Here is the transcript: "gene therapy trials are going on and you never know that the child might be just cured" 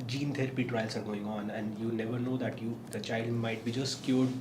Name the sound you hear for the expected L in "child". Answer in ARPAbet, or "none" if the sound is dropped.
L